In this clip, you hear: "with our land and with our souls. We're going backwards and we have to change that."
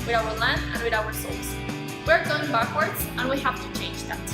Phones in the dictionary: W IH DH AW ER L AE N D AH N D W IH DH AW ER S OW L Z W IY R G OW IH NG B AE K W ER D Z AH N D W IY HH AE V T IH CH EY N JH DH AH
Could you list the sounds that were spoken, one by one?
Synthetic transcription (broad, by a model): W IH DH AW ER L AE N D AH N W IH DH AW ER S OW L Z W IY R G OW IH NG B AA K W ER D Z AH N W IY HH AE F T IH CH EY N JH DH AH